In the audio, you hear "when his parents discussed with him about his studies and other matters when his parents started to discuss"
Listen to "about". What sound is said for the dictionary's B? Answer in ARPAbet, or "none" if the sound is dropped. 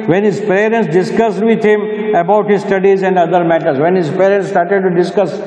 B